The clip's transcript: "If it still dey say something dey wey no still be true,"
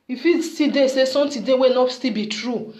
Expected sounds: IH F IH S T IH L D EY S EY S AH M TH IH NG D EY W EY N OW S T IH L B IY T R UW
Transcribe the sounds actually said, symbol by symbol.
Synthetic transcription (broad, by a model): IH F IH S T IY D EY S EY S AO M T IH D EY W EY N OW S T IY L B IY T R UW